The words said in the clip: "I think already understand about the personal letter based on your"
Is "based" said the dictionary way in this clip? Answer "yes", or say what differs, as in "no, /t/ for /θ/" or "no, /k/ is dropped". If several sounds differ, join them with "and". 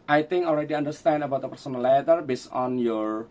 no, /t/ is dropped